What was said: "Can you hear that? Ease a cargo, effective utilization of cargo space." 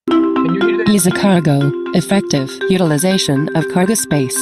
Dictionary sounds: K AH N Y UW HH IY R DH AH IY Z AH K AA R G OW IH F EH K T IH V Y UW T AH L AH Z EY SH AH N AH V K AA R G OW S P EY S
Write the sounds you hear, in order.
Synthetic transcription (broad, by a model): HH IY IY Z AH K AA R G OW IH F EH K T IH V Y UW T AH L AH Z EY SH AH N AH V K AA R G OW S P EY S